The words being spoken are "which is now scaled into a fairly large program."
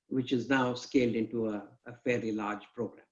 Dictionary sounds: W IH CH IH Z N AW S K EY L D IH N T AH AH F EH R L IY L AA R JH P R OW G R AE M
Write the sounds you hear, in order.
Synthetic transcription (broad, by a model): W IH CH IH Z N AW S K EY L D IH N T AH AH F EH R IY L AA R JH P R OW G R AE M